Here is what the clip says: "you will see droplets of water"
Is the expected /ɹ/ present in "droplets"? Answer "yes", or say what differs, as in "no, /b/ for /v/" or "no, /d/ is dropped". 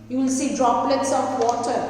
yes